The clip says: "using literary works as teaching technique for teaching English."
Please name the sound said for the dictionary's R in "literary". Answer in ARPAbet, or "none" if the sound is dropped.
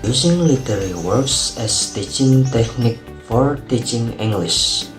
W